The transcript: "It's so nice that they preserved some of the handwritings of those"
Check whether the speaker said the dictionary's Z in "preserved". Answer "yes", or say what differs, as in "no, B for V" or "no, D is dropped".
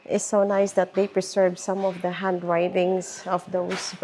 no, S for Z